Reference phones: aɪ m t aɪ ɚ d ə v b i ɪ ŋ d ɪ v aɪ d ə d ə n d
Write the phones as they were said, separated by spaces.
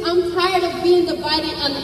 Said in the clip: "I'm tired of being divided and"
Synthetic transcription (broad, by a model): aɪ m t aɪ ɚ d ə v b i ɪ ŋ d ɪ b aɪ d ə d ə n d